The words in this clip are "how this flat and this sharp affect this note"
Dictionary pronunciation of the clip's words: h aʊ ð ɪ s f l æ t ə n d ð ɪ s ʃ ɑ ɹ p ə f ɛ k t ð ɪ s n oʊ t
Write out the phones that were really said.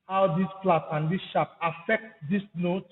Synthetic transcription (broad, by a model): h aʊ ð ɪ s p l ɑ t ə n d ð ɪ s ʃ ɑ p ə f ɛ k t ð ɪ s n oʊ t